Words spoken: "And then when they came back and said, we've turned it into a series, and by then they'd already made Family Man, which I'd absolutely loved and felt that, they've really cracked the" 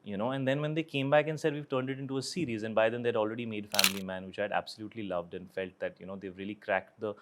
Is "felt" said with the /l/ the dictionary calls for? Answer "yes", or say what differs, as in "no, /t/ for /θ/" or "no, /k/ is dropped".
yes